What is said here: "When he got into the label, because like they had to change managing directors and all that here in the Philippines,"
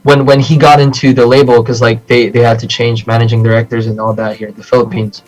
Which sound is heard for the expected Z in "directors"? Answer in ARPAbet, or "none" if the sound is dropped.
Z